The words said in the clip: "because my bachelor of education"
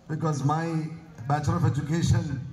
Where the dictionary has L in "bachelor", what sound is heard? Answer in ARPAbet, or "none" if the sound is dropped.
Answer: none